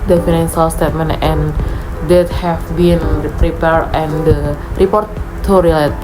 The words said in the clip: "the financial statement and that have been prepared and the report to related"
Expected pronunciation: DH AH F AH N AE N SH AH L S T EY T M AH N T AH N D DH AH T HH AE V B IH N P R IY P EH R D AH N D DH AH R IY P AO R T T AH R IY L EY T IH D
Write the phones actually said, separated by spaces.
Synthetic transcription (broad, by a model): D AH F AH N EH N S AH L S T EY T M AH N T AH N D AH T HH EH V B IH N P R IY P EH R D AH N D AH R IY P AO R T T AH R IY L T